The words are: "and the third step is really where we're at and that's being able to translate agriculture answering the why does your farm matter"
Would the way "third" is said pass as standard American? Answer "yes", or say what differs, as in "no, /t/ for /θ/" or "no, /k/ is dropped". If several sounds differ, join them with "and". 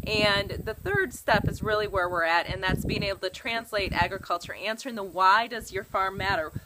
yes